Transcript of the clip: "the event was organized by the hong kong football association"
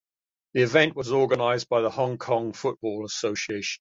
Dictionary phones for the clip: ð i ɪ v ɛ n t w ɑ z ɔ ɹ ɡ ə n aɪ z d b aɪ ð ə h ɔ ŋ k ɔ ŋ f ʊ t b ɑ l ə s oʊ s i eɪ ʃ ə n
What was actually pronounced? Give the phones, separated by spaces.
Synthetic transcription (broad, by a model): ð i ɪ v ɛ n t w ɑ z ɔ ɡ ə n aɪ z b aɪ ð ə h ɔ ŋ k ɔ ŋ f ʊ t b ɑ l ə s oʊ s i eɪ ə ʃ